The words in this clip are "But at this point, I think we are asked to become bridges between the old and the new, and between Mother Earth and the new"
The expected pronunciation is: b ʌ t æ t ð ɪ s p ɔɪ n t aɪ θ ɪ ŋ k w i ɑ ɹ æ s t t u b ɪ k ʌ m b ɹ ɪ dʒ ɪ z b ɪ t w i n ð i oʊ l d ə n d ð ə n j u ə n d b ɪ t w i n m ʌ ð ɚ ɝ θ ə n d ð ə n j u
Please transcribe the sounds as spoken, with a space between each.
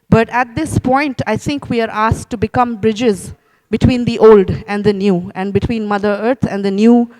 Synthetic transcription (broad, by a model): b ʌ t æ t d ɪ s p ɔɪ n t aɪ t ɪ ŋ k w i ɑ ɹ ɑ s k t u b ɪ k ʌ m b ɹ ɪ dʒ ɪ z b ɪ t w i n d i oʊ l d ə n d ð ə n j u ə n d b ɪ t w i n m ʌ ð ɚ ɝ t ə n d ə n j u